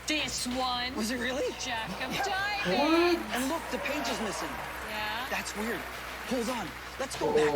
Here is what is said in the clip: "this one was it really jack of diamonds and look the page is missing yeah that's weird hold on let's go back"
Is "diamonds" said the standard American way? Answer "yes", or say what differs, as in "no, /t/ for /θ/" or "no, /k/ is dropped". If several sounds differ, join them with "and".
no, /m/ is dropped and /n/ is dropped and /z/ is dropped